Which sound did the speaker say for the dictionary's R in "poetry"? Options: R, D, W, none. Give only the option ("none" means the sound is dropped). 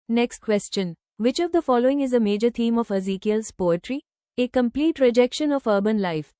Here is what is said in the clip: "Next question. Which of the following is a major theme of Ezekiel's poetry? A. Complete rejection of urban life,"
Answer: R